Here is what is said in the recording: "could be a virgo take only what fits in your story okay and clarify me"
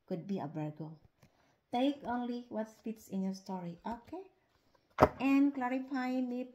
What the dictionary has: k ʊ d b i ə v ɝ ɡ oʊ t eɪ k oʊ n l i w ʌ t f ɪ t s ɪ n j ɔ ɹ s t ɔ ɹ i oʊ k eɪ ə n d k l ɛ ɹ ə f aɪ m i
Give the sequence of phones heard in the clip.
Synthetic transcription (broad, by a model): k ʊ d b i ə b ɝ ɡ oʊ t eɪ k oʊ n l i w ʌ t p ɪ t s ɪ n j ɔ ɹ s t ɔ ɹ i oʊ k eɪ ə n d k l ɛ ɹ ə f aɪ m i